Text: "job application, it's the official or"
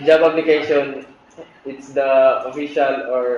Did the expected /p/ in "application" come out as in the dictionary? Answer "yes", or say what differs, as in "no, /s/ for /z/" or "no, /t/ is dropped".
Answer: no, /b/ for /p/